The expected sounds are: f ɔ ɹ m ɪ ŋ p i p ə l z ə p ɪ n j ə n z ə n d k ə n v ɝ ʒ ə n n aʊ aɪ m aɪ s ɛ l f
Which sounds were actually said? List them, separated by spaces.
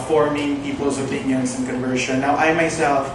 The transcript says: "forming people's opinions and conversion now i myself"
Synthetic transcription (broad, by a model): f ɔ ɹ m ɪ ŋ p i p l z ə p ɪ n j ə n s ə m k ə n v ɝ ʃ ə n n aʊ aɪ m aɪ s ɛ l f